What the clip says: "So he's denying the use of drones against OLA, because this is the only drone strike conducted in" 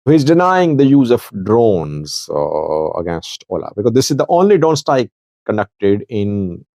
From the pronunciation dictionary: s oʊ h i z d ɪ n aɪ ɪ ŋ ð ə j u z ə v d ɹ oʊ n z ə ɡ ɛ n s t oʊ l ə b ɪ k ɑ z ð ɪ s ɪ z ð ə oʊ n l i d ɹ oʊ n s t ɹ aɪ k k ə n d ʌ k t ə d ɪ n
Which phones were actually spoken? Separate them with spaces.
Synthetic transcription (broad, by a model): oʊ h i z d ɪ n aɪ ɪ ŋ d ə j u z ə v d ɹ oʊ n z ə ɡ ɛ n s t oʊ l ə b ɪ k ɑ z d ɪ s ɪ z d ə oʊ n l i d ɹ oʊ n s t aɪ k k ə n d ʌ k t ə d ɪ n